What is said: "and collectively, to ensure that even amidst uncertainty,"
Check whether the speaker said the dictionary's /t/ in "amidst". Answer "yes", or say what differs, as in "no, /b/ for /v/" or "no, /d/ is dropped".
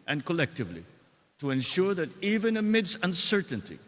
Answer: no, /t/ is dropped